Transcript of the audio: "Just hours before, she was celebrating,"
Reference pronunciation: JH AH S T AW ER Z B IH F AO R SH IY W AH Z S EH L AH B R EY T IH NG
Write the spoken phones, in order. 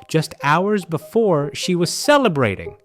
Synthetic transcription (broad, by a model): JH AH S T AW ER Z B IH F AO R SH IY W AH Z S EH L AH B R EY T IH NG